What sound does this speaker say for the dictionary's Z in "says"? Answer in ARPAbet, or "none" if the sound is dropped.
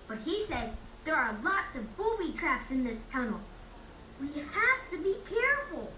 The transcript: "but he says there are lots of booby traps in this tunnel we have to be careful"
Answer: Z